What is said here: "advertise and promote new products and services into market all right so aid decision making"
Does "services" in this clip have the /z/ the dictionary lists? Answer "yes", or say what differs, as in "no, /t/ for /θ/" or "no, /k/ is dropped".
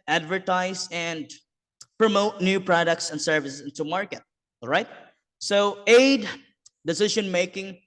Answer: no, /s/ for /z/